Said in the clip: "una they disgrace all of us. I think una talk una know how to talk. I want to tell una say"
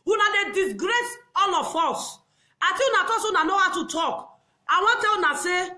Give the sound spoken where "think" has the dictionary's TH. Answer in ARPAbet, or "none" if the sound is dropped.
T